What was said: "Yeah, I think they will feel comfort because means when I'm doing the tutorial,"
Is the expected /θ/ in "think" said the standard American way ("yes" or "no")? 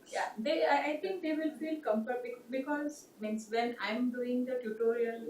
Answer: no